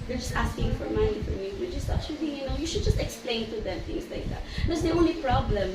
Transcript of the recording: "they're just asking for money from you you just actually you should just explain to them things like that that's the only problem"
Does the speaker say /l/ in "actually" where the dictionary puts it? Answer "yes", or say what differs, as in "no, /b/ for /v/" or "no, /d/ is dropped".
no, /n/ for /l/